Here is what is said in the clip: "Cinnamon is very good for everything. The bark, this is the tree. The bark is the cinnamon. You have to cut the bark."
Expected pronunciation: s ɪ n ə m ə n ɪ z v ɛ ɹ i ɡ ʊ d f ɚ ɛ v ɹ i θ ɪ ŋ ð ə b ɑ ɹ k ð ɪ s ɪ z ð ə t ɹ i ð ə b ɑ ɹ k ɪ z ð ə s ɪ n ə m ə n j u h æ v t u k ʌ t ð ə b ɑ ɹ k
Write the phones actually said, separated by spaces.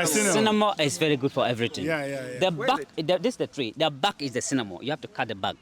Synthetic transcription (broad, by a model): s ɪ n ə m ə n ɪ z v ɛ ɹ i ɡ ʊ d f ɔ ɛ v ɹ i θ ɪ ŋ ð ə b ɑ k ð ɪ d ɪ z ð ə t ɹ i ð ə b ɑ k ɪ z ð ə s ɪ n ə m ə j u h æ f t u k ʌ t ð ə b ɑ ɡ